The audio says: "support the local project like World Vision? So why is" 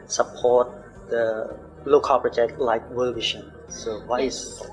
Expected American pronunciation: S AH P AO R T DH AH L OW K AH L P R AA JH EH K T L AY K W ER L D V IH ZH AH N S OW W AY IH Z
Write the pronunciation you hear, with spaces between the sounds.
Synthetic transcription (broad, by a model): S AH P AO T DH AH L OW K AH L P R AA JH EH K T L AY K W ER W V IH SH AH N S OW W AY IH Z